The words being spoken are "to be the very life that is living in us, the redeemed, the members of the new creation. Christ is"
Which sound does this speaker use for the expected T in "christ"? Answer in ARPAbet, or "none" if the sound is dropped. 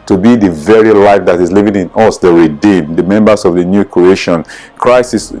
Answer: none